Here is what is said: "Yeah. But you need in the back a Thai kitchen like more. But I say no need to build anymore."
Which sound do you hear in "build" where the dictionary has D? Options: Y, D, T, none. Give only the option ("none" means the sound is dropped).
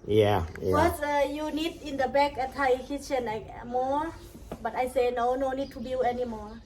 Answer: none